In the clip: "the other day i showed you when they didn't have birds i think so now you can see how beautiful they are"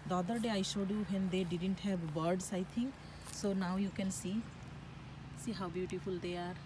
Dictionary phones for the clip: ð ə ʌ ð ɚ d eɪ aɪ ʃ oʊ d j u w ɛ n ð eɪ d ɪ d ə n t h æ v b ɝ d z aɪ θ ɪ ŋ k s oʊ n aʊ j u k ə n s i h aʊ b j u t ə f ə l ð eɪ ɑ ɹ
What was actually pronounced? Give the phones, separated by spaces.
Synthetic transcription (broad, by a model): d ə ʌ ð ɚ d eɪ aɪ ʃ oʊ d j u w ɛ n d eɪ d ɪ d ə n t h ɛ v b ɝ d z aɪ t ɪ ŋ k s oʊ n aʊ j u k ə n s i h aʊ b j u t ə f ə l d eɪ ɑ ɹ